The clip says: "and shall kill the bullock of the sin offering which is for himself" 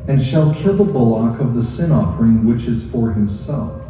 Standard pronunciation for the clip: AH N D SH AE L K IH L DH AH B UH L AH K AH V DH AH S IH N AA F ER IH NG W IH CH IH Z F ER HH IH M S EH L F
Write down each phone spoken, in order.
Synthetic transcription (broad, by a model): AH N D SH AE L K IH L DH AH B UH L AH K AH V DH AH S IH N AA F ER IH NG W IH CH IH Z F ER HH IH M S EH L F